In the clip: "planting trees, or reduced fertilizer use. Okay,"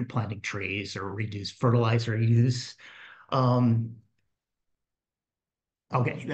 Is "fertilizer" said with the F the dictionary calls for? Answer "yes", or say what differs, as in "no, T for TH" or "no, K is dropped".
yes